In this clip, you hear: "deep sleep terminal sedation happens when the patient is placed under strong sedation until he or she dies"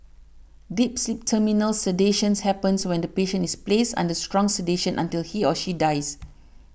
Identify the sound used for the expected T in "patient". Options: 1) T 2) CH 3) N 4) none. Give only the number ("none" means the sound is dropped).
4